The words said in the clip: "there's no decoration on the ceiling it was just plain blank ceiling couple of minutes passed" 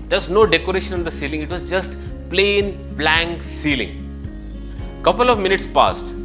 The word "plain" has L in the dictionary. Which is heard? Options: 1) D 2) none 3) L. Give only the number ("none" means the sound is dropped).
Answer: 3